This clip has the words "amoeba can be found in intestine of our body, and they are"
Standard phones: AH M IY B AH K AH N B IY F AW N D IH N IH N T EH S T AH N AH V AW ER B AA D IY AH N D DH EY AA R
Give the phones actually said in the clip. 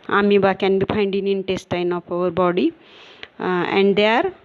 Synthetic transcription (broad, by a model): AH M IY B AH K AH N B IY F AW N D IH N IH N T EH S T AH N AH P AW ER B AA D IY AH N D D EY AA R